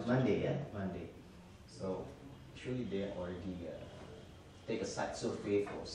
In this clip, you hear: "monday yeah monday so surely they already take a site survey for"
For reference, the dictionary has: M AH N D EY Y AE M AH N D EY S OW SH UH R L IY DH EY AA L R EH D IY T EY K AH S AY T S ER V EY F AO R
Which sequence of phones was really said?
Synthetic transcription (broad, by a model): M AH N D EY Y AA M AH N D EY S OW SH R L IY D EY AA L R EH D IY T EY K AH S AY T S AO F EY F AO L